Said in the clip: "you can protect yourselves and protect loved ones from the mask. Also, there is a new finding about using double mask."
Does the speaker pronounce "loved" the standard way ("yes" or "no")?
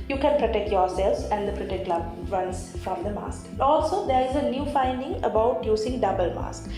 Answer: no